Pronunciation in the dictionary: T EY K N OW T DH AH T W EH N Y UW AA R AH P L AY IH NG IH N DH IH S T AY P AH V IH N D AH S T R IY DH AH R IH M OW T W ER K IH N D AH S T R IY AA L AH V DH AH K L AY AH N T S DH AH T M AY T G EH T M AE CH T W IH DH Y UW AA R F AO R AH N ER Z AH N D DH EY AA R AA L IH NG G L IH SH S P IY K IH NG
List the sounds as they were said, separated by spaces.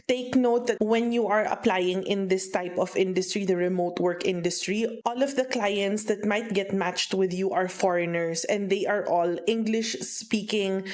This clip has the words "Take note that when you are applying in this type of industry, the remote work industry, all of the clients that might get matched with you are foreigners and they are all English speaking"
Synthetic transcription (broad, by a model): T EY K N OW T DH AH T W EH N Y UW AA R AH P L AY IH NG IH N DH IH S T AY P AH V IH N D AH S T R IY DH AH R IH M OW T W ER K IH N D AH S T R IY AA L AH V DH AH K L AY AH N T S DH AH T M AY T G EH T M AE CH T W IH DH Y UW AA R F AO R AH N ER S AH N D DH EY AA R AA L IH NG G L IH SH S P IY K IH NG